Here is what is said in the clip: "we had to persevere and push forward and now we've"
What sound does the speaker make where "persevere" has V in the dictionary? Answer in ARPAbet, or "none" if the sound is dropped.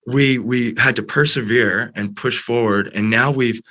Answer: V